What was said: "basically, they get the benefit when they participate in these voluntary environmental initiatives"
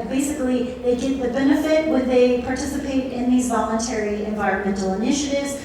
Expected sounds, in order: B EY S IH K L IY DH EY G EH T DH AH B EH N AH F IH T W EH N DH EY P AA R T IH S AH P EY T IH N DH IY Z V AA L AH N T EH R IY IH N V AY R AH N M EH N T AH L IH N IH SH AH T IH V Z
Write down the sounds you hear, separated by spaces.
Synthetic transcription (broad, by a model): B EY S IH K L IY DH EY G EH T DH AH B EH N AH F IH T W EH N DH EY P AA R T IH S AH P EY T IH N DH IY Z V AA L AH N T EH R IY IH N V AY R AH N M EH N T L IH N IH SH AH T IH V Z